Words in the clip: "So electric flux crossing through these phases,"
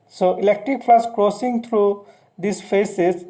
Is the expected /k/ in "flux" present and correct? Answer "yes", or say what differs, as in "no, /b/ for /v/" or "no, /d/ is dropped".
no, /k/ is dropped